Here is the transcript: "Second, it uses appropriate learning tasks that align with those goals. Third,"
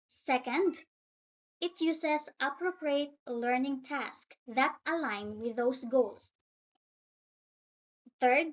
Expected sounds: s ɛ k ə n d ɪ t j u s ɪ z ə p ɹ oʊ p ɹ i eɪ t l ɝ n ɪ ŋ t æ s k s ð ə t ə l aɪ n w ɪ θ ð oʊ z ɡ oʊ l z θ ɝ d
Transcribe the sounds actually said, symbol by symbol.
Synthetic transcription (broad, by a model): s ɛ k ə n d ɪ t j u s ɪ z ə p ɹ oʊ p ɹ i eɪ t l ɝ n ɪ ŋ t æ s k ð ə t ə l aɪ n w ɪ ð oʊ s ɡ oʊ l s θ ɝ d